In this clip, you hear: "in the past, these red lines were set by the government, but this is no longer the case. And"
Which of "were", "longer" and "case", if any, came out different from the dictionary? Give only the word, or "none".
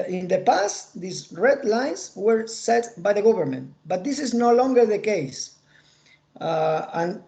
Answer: none